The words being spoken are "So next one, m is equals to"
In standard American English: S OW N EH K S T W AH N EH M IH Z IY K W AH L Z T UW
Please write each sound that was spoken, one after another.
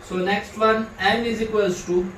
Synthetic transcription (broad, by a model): S OW N EH K S T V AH N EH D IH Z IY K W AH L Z T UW